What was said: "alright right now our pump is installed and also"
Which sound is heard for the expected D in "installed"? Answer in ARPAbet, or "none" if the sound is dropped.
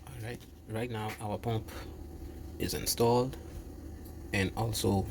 D